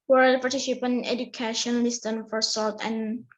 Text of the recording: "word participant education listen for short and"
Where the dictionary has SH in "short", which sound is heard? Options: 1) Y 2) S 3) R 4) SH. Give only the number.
2